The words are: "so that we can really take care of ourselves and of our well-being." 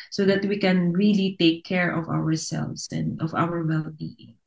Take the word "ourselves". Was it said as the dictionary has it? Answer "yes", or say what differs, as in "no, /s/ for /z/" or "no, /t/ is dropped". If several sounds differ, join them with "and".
no, /s/ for /z/